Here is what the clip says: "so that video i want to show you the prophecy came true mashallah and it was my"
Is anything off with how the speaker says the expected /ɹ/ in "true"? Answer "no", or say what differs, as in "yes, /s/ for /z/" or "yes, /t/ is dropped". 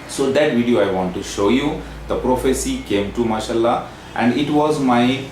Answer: yes, /ɹ/ is dropped